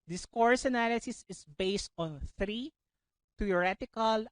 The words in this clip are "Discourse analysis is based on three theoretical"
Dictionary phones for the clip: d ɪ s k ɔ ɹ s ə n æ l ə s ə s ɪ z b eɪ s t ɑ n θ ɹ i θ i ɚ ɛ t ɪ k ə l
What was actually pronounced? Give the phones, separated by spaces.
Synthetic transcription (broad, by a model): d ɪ s k ɔ ɹ s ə n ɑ l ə s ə s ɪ s b eɪ s t ɑ n θ ɹ i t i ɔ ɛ t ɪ k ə l